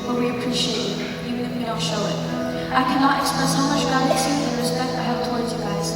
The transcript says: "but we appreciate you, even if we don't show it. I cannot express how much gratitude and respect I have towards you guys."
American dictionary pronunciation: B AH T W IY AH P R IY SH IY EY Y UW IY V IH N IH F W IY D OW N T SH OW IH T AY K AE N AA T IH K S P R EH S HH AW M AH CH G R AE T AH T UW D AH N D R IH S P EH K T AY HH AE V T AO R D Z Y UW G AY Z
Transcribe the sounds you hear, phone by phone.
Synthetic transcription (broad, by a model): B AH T W IY AH P R IY SH IY EY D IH IY V IH N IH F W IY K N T SH OW IH T AY K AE N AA T IH K S P R EH S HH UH M AH CH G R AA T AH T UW AH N R IH S P EH K T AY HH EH P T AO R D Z Y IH G AY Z